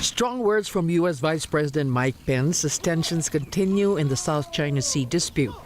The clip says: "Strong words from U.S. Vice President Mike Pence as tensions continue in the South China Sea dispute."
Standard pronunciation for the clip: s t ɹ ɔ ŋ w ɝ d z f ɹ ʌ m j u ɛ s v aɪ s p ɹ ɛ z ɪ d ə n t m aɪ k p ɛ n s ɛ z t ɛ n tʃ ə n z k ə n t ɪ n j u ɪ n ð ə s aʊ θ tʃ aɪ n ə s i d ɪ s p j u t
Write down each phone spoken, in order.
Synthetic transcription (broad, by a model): s t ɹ ɔ ŋ w ɝ d z f ɹ ʌ m j u ɛ s v aɪ s p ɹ ɛ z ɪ d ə n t m aɪ k p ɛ n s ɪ s t ɛ n ʃ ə n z k ə n t ɪ n j u ɪ n ð ə s aʊ θ tʃ aɪ n ə s i d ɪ s p j u t